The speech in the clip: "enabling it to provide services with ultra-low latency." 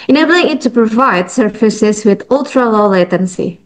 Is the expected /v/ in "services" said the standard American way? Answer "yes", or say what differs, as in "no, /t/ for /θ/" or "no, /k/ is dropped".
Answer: no, /f/ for /v/